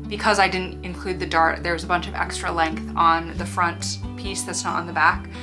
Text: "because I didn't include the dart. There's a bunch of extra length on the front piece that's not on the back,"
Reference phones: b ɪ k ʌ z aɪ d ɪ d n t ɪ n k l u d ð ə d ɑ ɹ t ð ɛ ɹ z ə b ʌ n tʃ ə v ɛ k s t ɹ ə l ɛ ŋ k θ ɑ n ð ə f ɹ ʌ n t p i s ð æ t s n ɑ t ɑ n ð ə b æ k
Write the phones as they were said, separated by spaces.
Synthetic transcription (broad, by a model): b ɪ k ʌ z aɪ d ɪ d n t ɪ n k l u d ð ə d ɑ ɹ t ð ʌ ɹ z ə b ʌ n tʃ ə v ɛ k s t ɹ ə l ɛ ŋ k θ n ð ə f ɹ ʌ n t p i s ð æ t s n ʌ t n ð ə b æ k